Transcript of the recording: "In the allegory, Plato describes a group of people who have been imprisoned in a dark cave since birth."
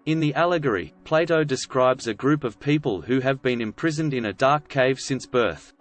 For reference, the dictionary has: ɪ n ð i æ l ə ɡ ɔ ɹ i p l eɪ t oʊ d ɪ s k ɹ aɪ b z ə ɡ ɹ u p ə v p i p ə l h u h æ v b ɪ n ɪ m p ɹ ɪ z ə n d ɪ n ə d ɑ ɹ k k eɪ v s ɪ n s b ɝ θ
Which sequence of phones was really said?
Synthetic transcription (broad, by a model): ɪ n ð i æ l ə ɡ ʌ ɹ i p l eɪ t oʊ d ɪ s k ɹ aɪ b z ə ɡ ɹ u p ə v p i p ə l h u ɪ v b ɪ n ɪ m p ɹ ɪ z ə n d ɪ n ə d ɑ ɹ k k eɪ v s ɪ n s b ɝ θ